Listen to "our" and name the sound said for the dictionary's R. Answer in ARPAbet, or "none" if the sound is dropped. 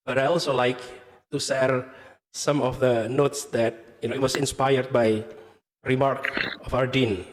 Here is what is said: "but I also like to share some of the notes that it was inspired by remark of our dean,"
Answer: R